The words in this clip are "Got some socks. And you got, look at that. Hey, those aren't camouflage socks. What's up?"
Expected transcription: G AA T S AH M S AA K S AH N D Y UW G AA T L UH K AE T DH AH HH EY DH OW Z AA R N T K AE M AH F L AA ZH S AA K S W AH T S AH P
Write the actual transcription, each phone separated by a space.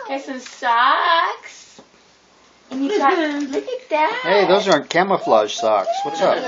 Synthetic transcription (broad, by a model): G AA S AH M S AA K S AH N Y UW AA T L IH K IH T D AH HH EY DH OW Z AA R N K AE M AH F L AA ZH S AA K S W AH T S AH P